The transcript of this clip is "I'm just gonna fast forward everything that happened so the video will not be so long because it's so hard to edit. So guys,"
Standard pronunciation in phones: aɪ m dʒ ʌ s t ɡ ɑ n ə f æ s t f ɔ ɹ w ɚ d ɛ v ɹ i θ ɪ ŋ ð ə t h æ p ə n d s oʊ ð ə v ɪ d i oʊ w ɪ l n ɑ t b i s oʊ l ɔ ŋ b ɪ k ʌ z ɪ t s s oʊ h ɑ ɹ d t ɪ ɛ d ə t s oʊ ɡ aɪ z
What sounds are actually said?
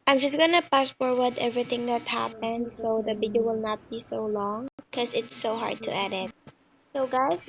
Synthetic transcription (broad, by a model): aɪ m dʒ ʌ s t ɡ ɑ n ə p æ s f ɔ ɹ w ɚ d ɛ v ɹ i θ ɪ ŋ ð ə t h æ p ə n d s oʊ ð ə v ɪ d i oʊ w ɪ l n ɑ t b i s oʊ l ɔ ŋ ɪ k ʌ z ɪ t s s oʊ h ɑ ɹ d t ɪ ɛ d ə t s oʊ ɡ aɪ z